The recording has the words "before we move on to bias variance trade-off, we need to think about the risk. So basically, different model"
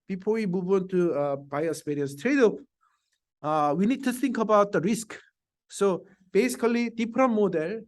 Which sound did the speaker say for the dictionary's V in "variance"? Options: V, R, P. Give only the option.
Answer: P